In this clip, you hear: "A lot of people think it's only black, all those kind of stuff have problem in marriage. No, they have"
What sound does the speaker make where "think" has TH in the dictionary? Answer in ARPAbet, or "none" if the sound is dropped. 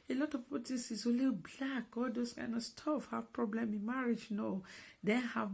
T